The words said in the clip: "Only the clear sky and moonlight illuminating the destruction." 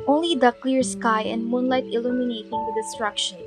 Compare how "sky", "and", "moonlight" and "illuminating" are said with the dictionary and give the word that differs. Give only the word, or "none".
none